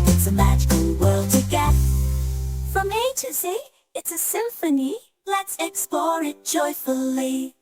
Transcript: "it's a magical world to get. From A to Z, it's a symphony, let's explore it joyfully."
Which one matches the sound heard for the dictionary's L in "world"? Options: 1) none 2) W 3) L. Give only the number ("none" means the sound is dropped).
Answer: 3